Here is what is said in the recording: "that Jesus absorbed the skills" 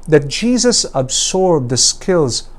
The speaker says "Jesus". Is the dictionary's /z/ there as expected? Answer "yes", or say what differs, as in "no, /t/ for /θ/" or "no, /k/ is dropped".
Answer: yes